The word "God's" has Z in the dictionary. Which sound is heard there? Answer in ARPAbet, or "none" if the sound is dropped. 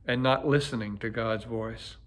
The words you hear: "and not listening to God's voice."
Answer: Z